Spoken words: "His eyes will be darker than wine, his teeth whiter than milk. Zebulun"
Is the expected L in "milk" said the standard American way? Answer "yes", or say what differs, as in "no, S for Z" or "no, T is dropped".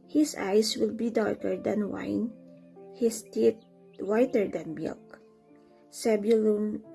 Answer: yes